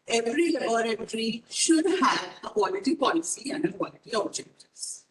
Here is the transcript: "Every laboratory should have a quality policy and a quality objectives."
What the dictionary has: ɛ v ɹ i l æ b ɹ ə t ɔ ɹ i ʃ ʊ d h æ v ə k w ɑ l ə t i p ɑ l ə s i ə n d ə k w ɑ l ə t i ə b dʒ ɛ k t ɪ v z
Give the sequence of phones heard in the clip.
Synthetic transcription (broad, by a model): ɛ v ɹ i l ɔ ɹ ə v ɹ i ʃ ʊ d h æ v ə k w ɑ l ə t i p ɑ l ə s i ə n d ə k w ɑ l ə t i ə b dʒ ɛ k t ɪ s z